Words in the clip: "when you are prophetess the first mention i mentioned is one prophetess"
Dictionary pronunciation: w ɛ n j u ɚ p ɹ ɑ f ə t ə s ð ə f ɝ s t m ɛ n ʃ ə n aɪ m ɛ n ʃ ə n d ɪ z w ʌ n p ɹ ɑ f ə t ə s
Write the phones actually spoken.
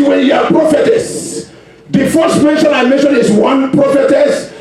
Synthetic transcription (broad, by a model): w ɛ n j u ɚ p ɹ ɑ f ə t ə s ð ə f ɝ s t m ɛ n ʃ ə n aɪ m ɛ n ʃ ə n ɪ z w ʌ n p ɹ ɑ f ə t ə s